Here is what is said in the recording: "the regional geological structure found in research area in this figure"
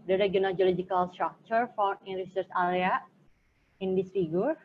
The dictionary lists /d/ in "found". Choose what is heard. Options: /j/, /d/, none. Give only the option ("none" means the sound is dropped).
none